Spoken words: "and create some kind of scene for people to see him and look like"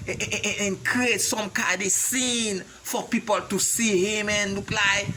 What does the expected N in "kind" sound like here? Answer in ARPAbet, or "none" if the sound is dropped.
none